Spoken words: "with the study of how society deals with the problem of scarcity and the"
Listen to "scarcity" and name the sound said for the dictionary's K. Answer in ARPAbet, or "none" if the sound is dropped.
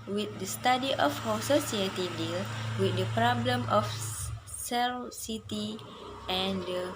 none